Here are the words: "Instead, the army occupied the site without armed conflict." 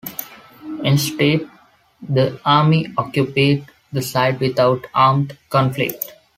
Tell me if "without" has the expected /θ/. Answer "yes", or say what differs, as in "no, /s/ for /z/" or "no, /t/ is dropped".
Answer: no, /t/ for /θ/